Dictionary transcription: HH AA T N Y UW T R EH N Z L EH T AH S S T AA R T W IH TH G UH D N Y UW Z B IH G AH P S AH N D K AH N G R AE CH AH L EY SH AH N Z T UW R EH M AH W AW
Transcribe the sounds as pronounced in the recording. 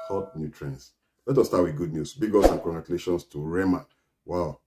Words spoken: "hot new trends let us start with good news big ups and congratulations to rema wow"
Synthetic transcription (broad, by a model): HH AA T N Y UW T R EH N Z L EH T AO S S T AA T W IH G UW D N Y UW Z B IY G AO S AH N K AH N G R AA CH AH L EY SH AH N S T UW R EH M AH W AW